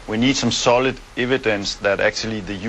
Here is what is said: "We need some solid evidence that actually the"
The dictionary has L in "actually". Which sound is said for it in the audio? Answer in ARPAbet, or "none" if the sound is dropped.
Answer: L